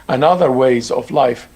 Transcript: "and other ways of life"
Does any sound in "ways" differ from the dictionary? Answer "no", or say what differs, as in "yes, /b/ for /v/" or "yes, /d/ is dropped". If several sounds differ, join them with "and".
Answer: no